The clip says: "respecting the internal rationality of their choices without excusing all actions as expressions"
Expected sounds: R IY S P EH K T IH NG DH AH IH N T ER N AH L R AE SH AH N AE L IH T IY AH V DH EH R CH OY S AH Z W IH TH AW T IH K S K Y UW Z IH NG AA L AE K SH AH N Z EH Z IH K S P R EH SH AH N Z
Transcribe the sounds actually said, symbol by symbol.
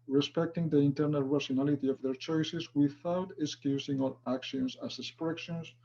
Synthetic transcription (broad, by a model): R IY S P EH K T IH NG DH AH IH N T ER N AH L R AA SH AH N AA L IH T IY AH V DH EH R CH OY S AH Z W IH TH AW T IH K S K Y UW S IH NG AA L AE K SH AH N S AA S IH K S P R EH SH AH N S